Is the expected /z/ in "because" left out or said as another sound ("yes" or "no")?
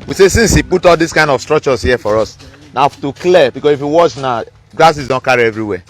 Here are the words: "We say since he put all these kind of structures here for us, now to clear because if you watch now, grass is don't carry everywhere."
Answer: yes